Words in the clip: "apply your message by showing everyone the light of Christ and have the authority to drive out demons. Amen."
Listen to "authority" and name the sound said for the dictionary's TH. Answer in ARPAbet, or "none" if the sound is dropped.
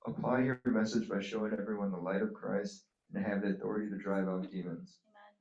TH